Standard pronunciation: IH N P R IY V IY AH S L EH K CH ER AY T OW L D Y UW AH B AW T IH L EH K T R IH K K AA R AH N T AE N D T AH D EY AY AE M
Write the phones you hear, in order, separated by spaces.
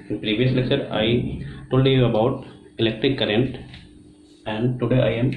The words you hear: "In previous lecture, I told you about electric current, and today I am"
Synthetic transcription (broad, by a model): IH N P R IY V IY AH S L EH K CH ER AY T OW L D Y UW AH B AW T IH L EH K T R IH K K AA R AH N T AE N D T AH D EY AY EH M